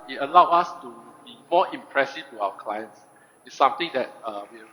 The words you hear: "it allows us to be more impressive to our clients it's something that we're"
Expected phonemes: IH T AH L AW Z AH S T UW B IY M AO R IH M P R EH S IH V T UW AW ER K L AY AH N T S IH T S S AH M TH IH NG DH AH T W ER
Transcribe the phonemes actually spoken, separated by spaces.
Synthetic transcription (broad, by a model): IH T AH L AW AA S T UW B IY M AO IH M P R EH S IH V T UW AW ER K L AY AH N T S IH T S S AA M T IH NG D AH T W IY